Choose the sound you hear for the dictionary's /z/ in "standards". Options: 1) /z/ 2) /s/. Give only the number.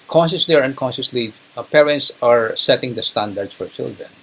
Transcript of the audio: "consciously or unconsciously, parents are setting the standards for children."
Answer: 2